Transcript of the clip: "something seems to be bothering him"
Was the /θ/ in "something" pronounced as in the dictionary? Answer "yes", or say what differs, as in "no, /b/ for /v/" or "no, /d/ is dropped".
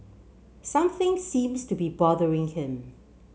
yes